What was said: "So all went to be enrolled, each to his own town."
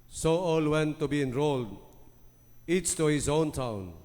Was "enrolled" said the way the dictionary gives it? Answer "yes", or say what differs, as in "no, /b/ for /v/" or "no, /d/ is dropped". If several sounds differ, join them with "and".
yes